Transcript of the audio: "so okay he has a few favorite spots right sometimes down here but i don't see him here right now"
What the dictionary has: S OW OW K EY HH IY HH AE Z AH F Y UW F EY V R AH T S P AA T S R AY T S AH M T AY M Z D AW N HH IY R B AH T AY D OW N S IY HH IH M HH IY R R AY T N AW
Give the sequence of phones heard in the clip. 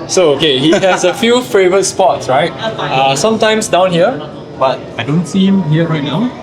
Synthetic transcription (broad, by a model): S OW OW K EY HH IY HH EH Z AH F Y UW F EY V R AH T S P AA T S R AY T S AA M T AY M S D AW N HH IY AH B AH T AY D OW N S IY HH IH M HH IY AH R AY T N AW